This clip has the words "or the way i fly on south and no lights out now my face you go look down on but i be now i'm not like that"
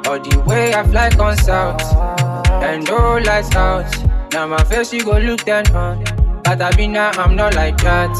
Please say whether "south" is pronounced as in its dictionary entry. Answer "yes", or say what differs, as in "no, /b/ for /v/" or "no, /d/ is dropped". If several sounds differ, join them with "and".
no, /t/ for /θ/